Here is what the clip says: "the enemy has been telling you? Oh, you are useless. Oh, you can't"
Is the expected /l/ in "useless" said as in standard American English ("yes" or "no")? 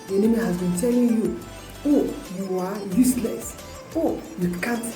yes